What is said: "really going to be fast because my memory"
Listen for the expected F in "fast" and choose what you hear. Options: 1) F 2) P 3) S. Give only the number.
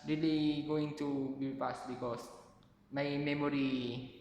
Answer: 2